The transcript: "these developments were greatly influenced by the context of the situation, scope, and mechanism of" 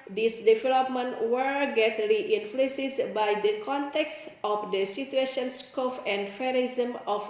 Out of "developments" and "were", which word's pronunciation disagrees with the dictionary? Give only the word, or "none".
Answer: developments